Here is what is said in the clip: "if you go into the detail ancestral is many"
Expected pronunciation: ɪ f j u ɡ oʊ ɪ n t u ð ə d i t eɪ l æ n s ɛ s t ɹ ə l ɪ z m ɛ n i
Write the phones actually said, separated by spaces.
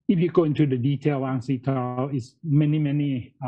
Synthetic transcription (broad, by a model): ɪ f j u ɡ oʊ ɪ n t u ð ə d i t eɪ l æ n s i t l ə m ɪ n m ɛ n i